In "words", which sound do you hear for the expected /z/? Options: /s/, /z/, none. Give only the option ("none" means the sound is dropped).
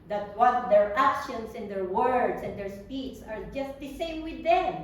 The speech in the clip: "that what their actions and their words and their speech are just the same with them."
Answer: /s/